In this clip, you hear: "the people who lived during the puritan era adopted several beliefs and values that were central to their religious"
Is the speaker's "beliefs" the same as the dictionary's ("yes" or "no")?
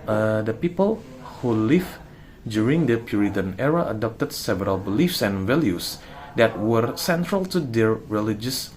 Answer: yes